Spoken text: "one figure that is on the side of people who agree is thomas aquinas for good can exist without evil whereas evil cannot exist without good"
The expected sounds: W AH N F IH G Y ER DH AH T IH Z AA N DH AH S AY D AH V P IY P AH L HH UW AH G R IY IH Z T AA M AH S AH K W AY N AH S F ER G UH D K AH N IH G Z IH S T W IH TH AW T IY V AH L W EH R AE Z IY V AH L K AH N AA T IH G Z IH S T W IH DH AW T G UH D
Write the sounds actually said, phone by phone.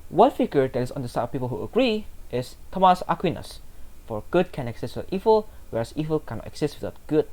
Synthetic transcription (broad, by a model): W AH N F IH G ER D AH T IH S AA N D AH S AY AH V P IY P AH L HH UW AH G R IY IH S T AA M AH S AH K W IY N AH S F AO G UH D K AH N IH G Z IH S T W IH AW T IY V AH L W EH R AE S IY V AH L K AH N AA T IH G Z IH S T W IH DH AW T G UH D